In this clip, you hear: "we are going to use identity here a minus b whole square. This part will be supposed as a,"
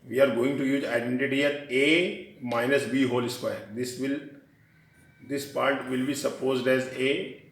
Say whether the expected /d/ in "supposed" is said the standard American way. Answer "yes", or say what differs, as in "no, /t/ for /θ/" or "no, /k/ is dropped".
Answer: yes